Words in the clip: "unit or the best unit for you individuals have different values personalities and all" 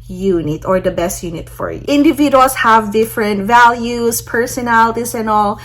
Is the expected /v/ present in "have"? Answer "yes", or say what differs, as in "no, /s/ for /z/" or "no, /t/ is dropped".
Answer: yes